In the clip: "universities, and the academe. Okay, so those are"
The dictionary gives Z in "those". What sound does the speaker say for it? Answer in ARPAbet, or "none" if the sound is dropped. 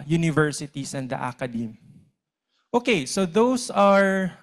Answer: S